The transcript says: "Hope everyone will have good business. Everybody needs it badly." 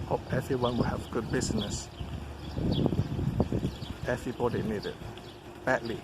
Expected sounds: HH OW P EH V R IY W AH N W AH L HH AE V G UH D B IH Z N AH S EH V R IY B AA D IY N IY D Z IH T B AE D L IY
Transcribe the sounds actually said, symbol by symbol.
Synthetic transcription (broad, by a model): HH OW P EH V R IY W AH N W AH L HH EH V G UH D B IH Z N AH S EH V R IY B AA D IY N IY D IH T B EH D L IY